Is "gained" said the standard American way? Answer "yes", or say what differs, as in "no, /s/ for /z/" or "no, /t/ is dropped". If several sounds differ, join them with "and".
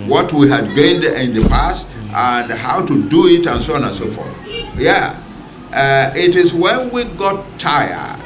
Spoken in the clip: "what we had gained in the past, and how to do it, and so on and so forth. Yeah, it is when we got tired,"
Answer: yes